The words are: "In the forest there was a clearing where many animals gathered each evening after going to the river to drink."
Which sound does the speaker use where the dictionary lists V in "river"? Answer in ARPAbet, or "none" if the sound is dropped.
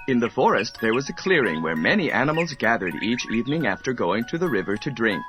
V